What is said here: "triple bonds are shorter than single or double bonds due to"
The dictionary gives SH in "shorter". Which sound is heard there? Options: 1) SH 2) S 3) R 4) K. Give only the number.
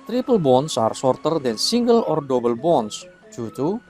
2